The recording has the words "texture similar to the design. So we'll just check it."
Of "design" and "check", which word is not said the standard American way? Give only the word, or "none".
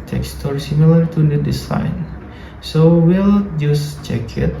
design